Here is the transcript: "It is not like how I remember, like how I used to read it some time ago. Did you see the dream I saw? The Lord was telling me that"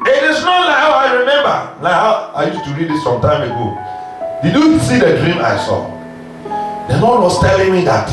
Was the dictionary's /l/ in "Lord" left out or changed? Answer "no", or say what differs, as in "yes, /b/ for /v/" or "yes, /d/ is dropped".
yes, /n/ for /l/